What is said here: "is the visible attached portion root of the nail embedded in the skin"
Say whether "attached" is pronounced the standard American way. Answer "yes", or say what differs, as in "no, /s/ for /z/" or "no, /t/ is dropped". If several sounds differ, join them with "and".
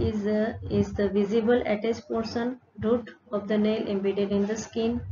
no, /s/ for /tʃ/